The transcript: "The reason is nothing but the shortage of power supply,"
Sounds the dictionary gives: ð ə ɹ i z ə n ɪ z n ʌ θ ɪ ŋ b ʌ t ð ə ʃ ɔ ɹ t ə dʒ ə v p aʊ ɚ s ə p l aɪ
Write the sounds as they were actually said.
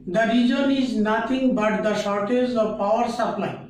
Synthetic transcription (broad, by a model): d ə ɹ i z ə n ɪ z n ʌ t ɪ ŋ b ʌ t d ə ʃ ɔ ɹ t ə z ə v p aʊ ɚ s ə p l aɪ